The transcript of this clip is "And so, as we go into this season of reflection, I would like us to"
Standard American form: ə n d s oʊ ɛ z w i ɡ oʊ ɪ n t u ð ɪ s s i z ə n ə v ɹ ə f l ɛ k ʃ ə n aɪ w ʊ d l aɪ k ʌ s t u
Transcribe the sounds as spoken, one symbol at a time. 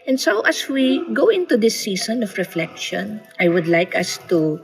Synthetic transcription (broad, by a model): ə n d s oʊ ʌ s w i ɡ oʊ ɪ n t u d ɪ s s i s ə n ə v ɹ ə f l ɛ k ʃ ə n aɪ w ʊ d l aɪ k ʌ s t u